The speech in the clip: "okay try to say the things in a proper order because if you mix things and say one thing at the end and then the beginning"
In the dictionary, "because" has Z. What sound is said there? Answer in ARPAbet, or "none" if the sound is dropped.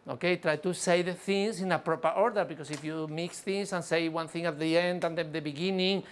S